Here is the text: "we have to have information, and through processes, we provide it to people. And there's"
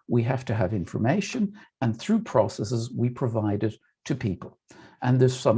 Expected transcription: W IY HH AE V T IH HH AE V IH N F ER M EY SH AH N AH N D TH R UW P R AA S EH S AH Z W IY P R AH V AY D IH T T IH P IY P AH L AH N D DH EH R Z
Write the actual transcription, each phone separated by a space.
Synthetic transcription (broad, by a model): W IY HH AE F T IH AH V IH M F ER M EY SH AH N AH N TH R UW P R AA S EH S AH Z W IY P R AH V AY D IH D T IH P IY P AH L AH N DH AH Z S